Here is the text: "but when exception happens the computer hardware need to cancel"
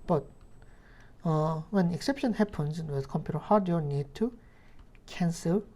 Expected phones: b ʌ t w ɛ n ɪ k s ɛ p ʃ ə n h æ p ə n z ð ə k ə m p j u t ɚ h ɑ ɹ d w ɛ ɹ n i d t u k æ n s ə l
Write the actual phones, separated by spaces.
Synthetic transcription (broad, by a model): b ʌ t w ɛ n ɪ k s ɛ p ʃ ə n h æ p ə n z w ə k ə m p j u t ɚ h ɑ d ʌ n i d t u k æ n s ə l